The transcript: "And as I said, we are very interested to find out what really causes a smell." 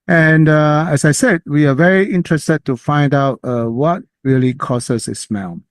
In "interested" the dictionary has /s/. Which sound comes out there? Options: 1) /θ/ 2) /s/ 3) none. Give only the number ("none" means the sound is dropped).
2